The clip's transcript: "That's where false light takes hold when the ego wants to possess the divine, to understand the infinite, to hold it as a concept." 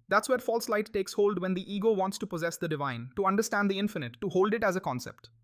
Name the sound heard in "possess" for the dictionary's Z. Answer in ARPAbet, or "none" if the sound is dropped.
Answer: Z